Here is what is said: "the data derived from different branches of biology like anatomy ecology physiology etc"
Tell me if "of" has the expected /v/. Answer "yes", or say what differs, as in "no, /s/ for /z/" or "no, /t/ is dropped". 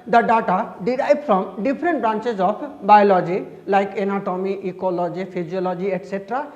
no, /p/ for /v/